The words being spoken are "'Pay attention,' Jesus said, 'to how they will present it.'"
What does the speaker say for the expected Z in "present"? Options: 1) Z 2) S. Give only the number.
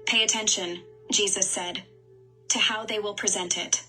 1